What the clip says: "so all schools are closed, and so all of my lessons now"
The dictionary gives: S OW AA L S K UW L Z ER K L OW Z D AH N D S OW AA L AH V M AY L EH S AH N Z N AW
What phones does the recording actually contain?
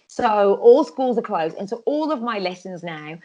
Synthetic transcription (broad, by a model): S OW AA L S K UW L Z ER K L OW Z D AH N S OW AA L AH V M AY L EH S AH N Z N AW